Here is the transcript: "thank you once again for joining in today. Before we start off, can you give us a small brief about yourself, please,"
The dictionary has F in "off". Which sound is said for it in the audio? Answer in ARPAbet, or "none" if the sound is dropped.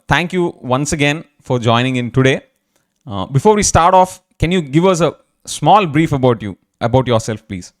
F